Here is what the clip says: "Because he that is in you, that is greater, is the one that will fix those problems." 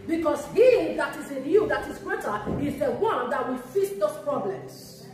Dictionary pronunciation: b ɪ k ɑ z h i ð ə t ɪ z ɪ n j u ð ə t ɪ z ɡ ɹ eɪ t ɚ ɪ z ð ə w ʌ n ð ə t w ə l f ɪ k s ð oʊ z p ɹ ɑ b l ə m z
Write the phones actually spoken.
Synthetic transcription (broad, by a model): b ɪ k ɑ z h i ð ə t ɪ z ɪ n j u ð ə t ɪ z ɡ ɹ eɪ t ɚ ɪ z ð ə w ʌ n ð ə t w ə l f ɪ s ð oʊ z p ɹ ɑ b l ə m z